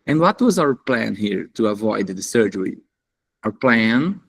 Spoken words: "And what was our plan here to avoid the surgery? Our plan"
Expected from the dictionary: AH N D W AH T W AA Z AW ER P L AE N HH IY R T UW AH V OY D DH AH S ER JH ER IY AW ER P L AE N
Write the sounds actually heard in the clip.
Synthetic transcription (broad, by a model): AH N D W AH T W AA Z AW ER P L AE N HH IY R T UW AH V OY D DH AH S ER JH ER IY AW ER P L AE N